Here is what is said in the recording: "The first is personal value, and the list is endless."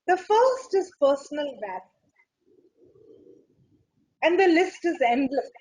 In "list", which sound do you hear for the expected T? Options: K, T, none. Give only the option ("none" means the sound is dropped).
T